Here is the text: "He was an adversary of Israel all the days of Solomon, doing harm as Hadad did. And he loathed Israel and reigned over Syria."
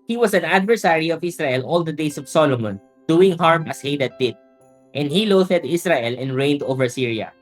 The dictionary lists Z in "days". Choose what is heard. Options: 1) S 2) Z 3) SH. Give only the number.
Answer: 1